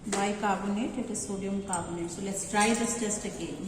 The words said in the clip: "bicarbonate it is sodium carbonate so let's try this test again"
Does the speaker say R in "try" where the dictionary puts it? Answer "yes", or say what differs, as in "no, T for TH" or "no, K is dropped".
yes